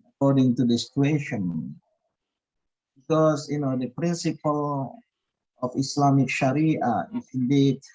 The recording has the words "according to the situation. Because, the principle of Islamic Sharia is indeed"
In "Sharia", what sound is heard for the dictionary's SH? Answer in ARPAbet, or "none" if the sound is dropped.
SH